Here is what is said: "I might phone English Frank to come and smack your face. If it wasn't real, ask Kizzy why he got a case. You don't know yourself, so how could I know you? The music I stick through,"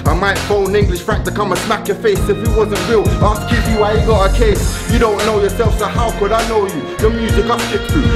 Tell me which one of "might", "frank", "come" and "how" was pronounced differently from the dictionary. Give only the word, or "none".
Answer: frank